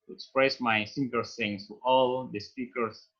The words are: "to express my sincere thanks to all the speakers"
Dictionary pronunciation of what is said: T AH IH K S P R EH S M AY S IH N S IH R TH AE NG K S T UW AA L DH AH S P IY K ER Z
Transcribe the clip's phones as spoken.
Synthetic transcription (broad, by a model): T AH K S P R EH S M AY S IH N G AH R S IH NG S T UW AA L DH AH S P IY K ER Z